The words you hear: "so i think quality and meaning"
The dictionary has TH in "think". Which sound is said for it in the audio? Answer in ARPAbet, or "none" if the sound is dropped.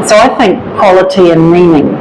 TH